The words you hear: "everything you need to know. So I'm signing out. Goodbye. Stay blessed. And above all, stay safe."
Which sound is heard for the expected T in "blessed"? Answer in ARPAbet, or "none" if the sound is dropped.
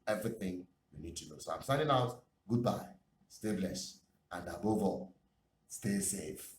none